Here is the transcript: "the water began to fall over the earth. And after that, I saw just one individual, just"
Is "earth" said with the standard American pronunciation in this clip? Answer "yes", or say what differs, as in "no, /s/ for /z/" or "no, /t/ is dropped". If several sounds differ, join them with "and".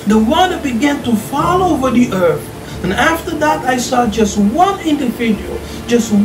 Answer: yes